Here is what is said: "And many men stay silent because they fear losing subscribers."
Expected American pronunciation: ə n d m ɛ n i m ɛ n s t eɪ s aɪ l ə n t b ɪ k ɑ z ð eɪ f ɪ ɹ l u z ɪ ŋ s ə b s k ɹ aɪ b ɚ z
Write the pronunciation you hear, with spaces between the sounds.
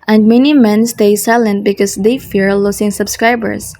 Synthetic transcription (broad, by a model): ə n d m ɛ n i m ɛ n s t eɪ s aɪ l ə n t b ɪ k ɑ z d eɪ f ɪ ɹ l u s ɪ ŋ s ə b s k ɹ aɪ b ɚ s